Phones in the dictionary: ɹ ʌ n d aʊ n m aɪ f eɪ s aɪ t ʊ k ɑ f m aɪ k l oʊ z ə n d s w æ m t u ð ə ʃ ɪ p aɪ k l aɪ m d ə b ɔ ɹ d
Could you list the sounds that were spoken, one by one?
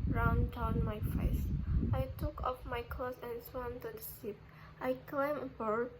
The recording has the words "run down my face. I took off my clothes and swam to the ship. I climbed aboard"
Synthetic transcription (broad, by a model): ɹ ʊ n d aʊ n m aɪ f eɪ s aɪ t ʊ k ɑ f m aɪ k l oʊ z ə n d s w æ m t u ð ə s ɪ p aɪ k l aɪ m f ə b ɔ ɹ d